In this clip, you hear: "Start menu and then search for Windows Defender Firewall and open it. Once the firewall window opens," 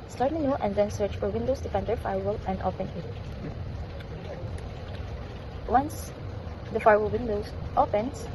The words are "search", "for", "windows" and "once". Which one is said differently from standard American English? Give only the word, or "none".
windows